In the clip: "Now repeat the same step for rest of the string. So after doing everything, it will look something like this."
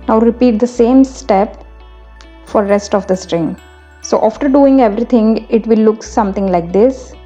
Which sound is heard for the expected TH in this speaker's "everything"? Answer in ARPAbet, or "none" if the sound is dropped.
T